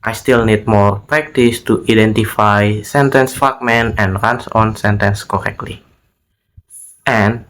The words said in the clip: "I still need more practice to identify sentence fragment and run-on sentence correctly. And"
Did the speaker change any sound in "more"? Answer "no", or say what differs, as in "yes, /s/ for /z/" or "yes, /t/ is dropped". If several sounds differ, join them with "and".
no